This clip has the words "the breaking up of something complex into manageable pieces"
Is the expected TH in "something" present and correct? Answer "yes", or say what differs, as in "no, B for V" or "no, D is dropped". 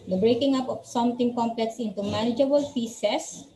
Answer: no, T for TH